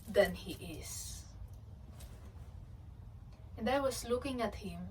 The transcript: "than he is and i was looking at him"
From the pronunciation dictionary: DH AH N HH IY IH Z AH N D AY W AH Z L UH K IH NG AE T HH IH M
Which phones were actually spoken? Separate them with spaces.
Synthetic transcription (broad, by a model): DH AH N HH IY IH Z AH N D AY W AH S L UH K IH NG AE T HH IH M